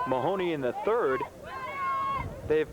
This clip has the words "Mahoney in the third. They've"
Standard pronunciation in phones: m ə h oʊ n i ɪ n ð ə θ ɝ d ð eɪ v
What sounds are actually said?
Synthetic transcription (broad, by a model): m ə h oʊ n i ɪ n ð ə θ ɝ d ð eɪ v